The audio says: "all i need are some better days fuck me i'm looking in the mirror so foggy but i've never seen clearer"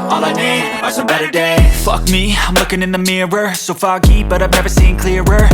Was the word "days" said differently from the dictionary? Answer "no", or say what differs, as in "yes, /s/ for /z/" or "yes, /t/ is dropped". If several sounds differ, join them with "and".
yes, /z/ is dropped